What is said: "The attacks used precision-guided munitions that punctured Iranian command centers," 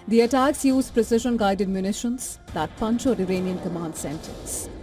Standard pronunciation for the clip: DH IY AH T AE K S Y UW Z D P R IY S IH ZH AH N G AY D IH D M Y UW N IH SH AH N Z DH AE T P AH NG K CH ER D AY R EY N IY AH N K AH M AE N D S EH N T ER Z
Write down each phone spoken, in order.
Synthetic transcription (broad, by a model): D IY AH T AE K S Y UW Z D P R IY S IH ZH AH N G AY D IH D M Y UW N IH SH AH N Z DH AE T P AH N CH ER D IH R EY N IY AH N K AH M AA N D S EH N T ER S